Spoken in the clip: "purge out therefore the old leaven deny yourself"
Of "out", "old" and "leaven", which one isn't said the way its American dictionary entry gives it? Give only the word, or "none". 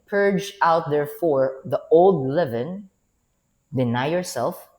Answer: none